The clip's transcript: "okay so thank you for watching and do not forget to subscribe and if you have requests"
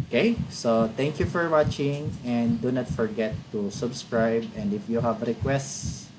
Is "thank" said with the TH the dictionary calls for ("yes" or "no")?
no